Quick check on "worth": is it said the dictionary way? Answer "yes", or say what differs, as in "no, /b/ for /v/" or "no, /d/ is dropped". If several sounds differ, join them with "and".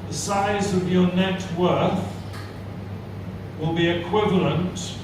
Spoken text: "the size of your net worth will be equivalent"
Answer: yes